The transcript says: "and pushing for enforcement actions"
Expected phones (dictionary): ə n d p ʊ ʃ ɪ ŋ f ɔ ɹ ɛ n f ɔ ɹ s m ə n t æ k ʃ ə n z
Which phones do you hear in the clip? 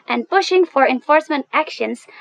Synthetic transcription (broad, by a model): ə n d p ʊ ʃ ɪ ŋ f ɔ ɹ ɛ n f ɔ ɹ s m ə n t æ k ʃ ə n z